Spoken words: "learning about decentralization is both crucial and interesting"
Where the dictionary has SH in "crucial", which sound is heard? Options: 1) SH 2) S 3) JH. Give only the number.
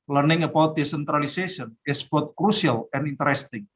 2